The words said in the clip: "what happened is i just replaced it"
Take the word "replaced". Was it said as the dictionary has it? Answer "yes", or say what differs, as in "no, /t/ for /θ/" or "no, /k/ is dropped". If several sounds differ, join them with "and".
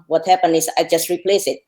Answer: no, /t/ is dropped